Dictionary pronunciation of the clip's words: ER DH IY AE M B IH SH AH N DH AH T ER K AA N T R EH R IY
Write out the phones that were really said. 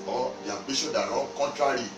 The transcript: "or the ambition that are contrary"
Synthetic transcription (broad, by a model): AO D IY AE B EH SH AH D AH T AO K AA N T R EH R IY